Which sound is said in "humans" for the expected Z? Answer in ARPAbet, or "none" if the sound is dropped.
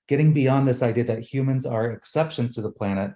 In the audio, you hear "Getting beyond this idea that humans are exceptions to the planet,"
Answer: Z